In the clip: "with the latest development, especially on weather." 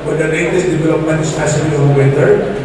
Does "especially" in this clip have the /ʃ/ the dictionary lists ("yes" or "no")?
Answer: no